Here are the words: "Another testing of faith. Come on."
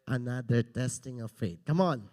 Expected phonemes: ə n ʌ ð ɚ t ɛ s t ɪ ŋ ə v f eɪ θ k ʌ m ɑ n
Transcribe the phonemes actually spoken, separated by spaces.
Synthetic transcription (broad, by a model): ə n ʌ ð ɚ t ɛ s t ɪ ŋ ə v f eɪ t k ʌ m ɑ n